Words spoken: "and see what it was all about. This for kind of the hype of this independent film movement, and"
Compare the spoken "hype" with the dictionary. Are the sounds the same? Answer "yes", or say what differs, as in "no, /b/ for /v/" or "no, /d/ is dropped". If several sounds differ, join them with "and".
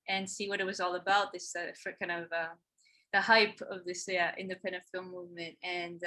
yes